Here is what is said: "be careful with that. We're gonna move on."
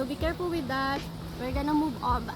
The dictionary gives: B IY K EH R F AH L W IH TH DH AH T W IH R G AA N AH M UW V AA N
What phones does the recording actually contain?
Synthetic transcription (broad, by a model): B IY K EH R P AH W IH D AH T W IH R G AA N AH M UW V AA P